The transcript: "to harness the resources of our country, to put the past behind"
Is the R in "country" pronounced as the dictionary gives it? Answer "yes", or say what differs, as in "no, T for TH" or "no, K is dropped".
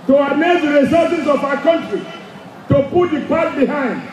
yes